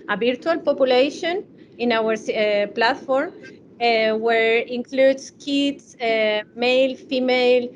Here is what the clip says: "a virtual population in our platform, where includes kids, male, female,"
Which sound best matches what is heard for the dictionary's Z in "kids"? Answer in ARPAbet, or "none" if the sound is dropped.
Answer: S